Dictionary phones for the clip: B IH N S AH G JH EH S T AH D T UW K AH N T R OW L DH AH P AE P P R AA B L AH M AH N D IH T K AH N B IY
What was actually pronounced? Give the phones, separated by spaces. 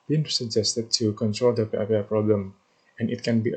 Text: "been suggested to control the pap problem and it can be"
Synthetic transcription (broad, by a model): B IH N S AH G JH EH S T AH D T UW K AH N T R OW L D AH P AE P P R AA B L AH M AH N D IH T K AH N B IY